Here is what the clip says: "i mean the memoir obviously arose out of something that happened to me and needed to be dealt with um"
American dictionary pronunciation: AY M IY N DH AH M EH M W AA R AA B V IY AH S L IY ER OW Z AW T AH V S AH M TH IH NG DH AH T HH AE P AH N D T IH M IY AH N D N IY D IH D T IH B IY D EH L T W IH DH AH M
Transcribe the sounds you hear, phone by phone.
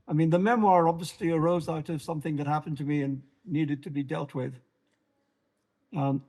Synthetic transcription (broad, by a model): AY M IY N DH AH M EH M W AA R AA B V IY AH S L IY ER OW Z AW T AH V S AH M TH IH NG DH AH T HH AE P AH N T IH M IY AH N N IY D IH D T IH B IY D EH L T W IH DH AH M